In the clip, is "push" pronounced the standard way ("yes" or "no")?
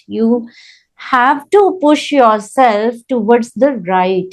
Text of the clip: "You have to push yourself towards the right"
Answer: yes